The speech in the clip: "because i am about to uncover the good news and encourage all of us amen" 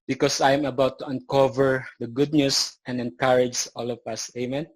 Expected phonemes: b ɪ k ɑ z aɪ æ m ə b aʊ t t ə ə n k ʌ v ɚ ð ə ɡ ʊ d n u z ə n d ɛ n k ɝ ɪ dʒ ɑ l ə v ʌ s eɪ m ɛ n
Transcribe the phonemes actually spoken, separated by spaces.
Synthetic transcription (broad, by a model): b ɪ k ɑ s aɪ m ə b aʊ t t ə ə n k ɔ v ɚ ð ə ɡ ʊ d n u s ə n d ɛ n k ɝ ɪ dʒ ɑ l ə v ʌ s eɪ m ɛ n